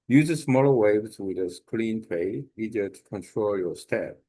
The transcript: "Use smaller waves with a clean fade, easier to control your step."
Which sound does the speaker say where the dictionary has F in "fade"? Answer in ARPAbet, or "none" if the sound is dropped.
P